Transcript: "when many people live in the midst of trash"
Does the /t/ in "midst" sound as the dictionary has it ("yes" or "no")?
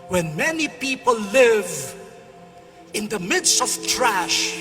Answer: yes